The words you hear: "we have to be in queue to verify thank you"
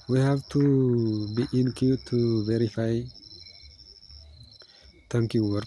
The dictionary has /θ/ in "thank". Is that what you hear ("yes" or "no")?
no